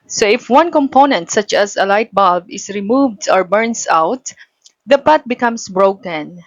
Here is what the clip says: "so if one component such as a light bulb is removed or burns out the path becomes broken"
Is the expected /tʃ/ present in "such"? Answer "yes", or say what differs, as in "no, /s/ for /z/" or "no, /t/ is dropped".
yes